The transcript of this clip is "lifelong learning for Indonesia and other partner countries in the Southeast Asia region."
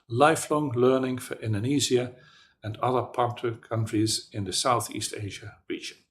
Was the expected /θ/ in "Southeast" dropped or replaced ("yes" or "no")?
no